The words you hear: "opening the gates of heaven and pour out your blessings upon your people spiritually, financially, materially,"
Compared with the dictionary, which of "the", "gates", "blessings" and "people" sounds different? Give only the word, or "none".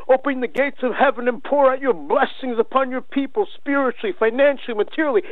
none